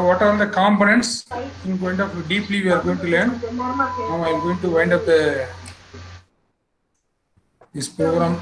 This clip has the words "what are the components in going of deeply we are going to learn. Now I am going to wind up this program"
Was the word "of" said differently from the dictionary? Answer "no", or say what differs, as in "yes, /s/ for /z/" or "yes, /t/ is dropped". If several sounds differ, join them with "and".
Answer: yes, /p/ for /v/